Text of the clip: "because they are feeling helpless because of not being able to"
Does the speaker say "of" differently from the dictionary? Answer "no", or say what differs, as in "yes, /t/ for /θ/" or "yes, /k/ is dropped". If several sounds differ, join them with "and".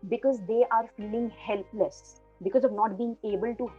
no